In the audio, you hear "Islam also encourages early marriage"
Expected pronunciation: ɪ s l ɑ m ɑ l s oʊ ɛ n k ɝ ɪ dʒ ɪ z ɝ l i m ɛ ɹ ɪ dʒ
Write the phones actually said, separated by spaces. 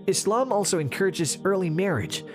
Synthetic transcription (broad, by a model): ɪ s l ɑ m ɑ l s oʊ ɛ n k ɝ ɪ dʒ ɪ z ɝ l i m ɛ ɹ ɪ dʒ